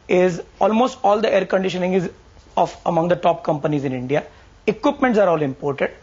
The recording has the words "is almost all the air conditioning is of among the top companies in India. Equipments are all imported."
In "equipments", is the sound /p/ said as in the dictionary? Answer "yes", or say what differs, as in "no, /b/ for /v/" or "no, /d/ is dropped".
yes